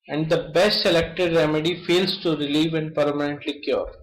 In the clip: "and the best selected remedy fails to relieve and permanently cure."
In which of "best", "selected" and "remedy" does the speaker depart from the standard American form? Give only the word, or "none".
none